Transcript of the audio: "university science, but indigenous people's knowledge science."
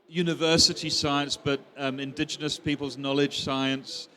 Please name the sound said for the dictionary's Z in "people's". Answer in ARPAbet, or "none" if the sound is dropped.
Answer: Z